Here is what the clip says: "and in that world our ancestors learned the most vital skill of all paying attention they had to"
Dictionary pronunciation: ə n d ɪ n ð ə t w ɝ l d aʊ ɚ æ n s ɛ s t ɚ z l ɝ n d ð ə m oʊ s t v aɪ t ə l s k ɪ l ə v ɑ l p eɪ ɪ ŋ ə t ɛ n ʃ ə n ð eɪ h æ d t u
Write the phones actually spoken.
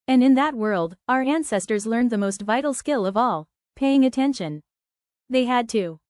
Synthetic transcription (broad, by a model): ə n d ɪ n ð ə t w ɝ l d aʊ ɚ æ n s ɛ s t ɚ z l ɝ n ð ə m oʊ s t v aɪ t l s k ɪ l ə v ɑ l p eɪ ɪ ŋ ə t ɛ n ʃ ə n ð eɪ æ d t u